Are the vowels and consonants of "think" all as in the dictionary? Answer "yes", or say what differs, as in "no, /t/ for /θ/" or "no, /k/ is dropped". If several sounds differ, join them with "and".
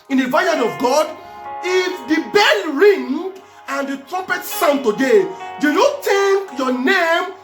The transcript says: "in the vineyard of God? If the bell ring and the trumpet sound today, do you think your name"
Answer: no, /t/ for /θ/